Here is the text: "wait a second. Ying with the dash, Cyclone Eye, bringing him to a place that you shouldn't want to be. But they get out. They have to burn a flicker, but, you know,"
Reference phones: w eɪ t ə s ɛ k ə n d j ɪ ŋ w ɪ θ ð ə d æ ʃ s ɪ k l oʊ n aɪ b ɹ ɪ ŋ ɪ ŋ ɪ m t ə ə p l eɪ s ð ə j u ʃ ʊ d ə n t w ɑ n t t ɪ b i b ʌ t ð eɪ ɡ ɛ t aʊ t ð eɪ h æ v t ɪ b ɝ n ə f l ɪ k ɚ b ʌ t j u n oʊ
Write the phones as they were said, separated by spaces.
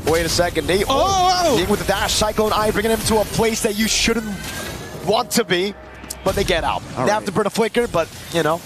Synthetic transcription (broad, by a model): w eɪ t ə s ɛ k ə n d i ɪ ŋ w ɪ ð ə d æ ʃ s ɪ k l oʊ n aɪ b ɹ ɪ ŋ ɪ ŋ ɪ m t ə ə p l eɪ s ð ə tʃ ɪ ʃ ʊ d n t w ɑ n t t ɪ b i b ʌ t ð eɪ ɡ ɛ t aʊ t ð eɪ h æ f t ɪ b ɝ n ə f l ɪ k ɚ b ʌ t j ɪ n oʊ